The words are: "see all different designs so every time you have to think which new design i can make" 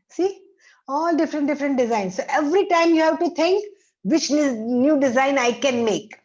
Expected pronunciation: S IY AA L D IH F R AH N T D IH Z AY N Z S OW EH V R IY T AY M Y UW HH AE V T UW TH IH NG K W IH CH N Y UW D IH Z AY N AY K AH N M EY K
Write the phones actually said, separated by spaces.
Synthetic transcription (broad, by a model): S IY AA L D IH F R AH N T D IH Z AY N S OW EH V R IY T AY M Y UW HH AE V T UW T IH NG K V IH CH N Y UW D IH Z AY N AY K AH N M EY K